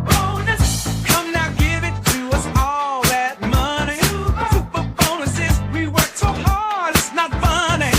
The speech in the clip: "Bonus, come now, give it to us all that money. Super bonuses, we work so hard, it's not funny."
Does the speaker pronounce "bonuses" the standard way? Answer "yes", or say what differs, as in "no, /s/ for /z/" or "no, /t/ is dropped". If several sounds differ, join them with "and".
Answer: yes